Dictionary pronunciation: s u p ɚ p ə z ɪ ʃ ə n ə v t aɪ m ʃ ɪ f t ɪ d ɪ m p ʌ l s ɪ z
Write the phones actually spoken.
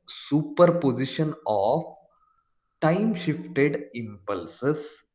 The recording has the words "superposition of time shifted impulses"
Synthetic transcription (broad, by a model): s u p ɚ p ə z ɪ ʃ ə n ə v t aɪ m ʃ ɪ f t ɪ d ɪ m p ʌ l s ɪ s